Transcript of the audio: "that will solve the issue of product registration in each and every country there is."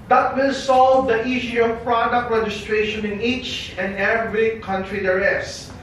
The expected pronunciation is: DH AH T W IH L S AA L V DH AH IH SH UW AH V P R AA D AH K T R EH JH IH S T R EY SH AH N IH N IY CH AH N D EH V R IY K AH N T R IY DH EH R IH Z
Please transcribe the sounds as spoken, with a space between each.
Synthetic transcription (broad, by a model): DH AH T W IH L S AA L V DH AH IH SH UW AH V P R AA D AH K T R EH JH IH S T R EY SH AH N IH N IY CH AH N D EH V R IY K AH N T R IY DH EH R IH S